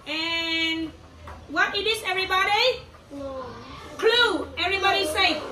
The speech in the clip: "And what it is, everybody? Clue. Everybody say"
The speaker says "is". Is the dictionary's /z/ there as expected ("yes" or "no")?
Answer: no